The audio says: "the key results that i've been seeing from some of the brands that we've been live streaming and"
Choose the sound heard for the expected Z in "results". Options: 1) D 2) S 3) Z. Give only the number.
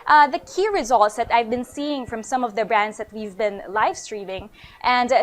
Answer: 3